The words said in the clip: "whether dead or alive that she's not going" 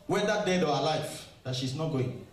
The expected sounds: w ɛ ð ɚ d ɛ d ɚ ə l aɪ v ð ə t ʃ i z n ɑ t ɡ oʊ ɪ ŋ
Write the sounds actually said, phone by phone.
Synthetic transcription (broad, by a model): w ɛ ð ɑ d ɛ d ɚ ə l aɪ f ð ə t ʃ i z n ɑ t ɡ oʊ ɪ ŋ